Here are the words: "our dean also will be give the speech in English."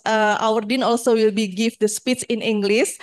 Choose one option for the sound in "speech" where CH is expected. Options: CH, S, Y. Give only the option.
S